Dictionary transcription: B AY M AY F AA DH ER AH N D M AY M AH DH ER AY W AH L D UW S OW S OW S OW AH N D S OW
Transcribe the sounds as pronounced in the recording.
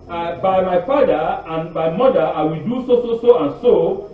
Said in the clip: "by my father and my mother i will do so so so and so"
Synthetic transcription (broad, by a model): B AY M AY F AA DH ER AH N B AY M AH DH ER AY W AH L D UW S OW S OW S OW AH N S OW